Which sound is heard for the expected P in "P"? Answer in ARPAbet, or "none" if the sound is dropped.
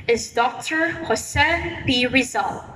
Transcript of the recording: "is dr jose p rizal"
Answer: B